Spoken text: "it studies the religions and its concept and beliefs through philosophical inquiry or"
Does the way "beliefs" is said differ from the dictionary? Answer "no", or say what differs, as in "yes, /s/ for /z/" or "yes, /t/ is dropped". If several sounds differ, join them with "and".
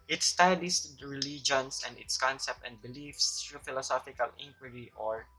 no